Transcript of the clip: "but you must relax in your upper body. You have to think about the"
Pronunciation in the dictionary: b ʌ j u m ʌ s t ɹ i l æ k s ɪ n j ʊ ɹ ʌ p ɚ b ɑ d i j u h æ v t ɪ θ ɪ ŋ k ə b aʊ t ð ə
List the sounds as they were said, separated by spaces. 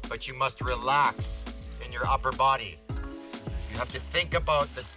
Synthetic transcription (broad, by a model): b ʌ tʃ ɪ m ʌ s t ɹ i l æ k s ɪ n j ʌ ɹ ʌ p ɚ b ɑ d i j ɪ h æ f t ɪ θ ɪ ŋ k ə b aʊ t ð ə